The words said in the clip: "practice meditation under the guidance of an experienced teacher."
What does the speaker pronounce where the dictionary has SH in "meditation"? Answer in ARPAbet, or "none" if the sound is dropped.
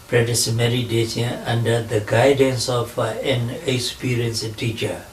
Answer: S